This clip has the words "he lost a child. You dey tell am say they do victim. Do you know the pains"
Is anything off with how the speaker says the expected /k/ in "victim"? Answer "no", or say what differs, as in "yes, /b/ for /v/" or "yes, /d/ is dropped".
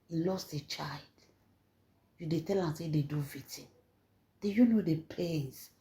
yes, /k/ is dropped